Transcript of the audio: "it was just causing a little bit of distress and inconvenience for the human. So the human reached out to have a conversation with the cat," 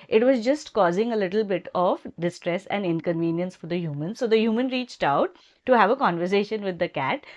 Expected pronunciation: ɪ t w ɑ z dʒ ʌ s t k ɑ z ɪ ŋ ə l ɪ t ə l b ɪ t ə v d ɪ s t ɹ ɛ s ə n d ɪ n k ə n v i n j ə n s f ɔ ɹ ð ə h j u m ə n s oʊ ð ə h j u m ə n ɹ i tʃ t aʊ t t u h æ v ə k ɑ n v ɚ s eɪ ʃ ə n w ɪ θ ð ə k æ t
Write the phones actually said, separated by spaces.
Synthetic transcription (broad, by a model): ɪ t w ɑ z dʒ ʌ s t k ɑ z ɪ ŋ ə l ɪ t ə l b ɪ t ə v d ɪ s t ɹ ɛ s ə n d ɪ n k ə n v i n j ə n s f ɔ ɹ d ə h j u m ə n s oʊ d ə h j u m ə n ɹ i tʃ t aʊ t t u h æ v ə k ɑ n v ɚ s eɪ ʃ ə n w ɪ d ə k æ t